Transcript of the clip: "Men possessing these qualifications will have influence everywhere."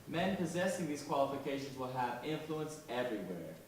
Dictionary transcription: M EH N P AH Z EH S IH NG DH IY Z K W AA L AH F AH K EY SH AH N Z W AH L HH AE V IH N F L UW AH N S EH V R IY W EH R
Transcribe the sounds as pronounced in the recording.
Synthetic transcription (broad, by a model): M EH N P AH Z EH S IH NG DH IY Z K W AA L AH F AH K EY SH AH N Z W AH L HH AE V IH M F L UW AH N S EH V R IY W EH R